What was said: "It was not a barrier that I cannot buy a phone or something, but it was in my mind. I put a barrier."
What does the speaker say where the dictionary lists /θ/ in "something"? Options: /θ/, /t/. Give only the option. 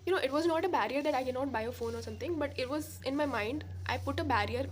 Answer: /t/